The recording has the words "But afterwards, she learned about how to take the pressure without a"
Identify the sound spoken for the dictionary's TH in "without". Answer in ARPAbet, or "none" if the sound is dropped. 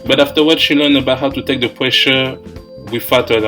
F